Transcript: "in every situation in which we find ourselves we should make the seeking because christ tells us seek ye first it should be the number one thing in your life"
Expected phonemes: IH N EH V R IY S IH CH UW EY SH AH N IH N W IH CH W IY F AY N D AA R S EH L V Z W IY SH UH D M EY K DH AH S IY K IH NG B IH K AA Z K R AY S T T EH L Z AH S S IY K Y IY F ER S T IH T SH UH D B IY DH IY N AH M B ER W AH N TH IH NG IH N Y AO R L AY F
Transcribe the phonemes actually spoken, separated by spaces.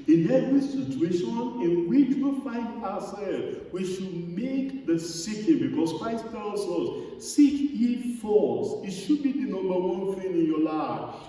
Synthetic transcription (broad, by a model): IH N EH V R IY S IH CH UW EY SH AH N IH N W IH CH W IY F AY N D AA S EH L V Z W IY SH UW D M EY K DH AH S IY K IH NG B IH K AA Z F AY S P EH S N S S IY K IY F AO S IH T SH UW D B IY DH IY N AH M B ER W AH N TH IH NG IH N Y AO L AY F